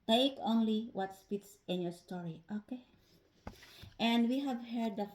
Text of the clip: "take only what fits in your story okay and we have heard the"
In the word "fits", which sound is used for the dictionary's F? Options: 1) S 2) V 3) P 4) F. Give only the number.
3